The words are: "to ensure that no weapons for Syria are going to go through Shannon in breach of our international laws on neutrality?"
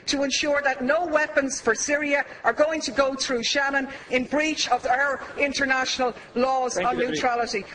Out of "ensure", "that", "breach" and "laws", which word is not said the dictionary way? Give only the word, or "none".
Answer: none